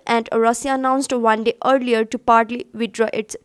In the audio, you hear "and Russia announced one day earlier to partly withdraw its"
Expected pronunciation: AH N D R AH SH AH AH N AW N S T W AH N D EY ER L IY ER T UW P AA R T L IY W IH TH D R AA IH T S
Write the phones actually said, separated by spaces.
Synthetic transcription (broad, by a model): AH N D R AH S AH AH N AW N S T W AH N D EY ER L IY ER T UW P AA R T L IY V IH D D R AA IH T S